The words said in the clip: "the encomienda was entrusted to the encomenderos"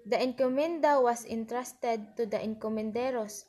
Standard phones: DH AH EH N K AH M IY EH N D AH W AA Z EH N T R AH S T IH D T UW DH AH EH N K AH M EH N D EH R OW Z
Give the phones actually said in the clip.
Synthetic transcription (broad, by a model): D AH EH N K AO M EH N D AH W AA S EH N T R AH S T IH D T UW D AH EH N K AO M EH N D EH R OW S